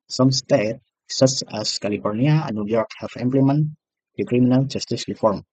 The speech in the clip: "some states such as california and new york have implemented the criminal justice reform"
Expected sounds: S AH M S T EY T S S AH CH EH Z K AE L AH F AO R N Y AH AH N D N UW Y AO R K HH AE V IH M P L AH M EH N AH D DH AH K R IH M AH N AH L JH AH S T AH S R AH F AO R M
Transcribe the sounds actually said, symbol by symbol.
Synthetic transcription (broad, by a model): S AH M S T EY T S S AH S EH S K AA L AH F AO R N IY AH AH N N UW Y AO R K HH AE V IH M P L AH M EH N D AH K R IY M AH N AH L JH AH S T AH S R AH F AO R M